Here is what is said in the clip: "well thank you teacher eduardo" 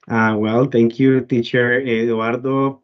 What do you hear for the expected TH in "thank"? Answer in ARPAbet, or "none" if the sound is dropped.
T